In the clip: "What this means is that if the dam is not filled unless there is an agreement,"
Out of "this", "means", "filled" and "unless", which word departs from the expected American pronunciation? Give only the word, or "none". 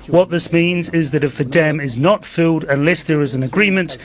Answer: filled